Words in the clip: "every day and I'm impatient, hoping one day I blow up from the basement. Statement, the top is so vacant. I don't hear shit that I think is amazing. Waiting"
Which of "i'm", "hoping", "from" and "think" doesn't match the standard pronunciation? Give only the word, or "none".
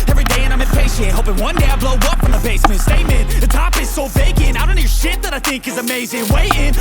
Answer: none